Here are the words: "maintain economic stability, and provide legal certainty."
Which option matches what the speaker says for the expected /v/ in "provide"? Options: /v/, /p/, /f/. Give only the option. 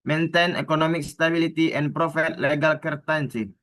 /f/